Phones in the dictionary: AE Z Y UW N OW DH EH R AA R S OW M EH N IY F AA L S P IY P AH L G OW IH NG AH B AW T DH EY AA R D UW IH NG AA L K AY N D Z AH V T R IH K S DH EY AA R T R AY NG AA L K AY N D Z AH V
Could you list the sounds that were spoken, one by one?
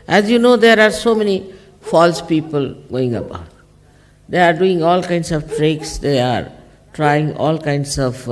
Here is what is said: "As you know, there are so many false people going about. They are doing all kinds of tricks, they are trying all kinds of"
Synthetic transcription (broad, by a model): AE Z Y UW N OW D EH R AA R S OW M EH N IY F AA L S P IY P AH L G OW IH NG AH B AW T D EY AA R D UW IH NG AA L K AY N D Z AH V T R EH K S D EY AA R T R AY NG AA L K AY N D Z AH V